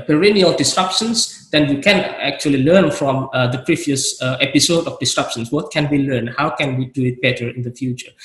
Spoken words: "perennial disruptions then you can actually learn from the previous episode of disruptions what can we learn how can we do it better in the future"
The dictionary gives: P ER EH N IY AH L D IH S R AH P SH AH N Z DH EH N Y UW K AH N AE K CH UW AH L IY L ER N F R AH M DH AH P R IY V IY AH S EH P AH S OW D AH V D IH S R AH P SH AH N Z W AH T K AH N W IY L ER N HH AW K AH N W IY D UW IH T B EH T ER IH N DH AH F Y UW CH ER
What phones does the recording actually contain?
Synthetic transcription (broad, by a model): P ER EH N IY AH L D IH S R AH P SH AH N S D EH N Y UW K AH N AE K CH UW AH L IY L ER N F R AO M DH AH P R IY V IY AH S EH P AH S OW D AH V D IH S R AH P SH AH N S W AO T K AH N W IY L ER N HH AW K AH N W IY D UW IH T B EH T ER IH N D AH F Y UW CH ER